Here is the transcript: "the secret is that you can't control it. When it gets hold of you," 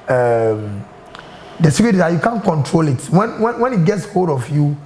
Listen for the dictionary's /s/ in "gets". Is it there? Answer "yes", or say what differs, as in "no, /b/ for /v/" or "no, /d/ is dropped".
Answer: yes